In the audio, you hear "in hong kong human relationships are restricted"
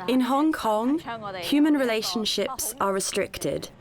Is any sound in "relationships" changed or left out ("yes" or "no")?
no